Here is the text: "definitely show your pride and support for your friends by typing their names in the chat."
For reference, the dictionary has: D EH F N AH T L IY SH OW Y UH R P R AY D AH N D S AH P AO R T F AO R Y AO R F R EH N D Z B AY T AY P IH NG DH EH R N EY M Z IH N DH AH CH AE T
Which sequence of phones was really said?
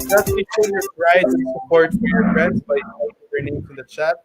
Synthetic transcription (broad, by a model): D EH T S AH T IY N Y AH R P R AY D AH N S AH P AO R T F AO R Y AO R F R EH N D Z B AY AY IH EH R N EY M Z IH N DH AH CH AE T